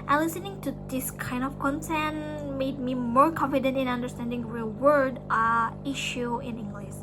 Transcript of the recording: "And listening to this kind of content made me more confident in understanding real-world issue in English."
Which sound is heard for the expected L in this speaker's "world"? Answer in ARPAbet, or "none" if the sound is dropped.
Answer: none